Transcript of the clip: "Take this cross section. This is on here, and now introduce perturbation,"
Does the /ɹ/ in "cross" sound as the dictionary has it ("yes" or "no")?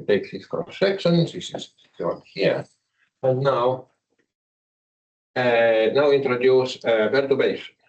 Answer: no